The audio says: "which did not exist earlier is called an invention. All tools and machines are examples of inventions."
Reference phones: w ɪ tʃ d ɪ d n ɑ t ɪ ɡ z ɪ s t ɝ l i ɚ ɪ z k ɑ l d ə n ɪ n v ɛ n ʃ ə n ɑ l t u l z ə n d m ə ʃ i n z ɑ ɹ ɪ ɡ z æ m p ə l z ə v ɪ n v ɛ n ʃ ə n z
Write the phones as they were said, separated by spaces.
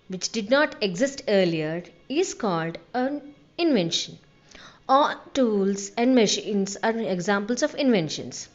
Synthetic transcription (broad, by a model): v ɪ tʃ d ɪ d n ɑ t ɪ ɡ z ɪ s t ɝ l i ɚ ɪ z k ɑ l d ə n ɪ n v ɛ n ʃ ə n ɑ l t u l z ə n d m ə ʃ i n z ɑ ɹ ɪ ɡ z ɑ m p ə l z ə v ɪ n v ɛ n ʃ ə n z